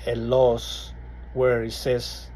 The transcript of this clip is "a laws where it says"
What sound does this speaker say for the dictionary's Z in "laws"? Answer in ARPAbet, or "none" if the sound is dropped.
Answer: S